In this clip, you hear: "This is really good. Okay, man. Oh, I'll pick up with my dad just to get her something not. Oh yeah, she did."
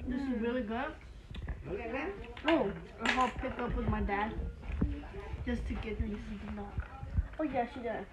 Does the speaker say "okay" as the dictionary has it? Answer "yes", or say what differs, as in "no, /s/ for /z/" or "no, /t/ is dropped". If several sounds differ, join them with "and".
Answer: no, /k/ is dropped